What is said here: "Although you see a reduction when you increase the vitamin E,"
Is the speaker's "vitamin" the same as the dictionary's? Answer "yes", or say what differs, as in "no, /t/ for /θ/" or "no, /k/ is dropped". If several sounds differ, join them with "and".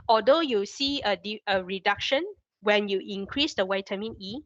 no, /w/ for /v/